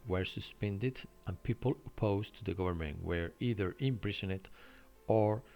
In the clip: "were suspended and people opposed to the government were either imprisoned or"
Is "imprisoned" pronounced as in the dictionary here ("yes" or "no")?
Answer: no